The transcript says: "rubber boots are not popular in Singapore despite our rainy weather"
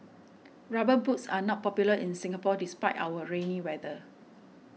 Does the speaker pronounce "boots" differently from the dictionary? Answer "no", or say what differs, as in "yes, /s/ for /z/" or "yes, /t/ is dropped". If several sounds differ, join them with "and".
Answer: no